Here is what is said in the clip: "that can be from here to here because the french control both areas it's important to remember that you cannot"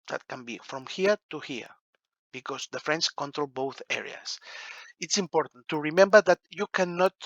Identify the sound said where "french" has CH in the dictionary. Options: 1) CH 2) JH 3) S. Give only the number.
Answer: 3